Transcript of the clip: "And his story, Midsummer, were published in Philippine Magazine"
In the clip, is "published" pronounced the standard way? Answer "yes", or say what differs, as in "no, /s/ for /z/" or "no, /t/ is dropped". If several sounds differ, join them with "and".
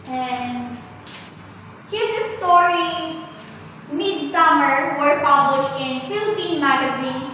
yes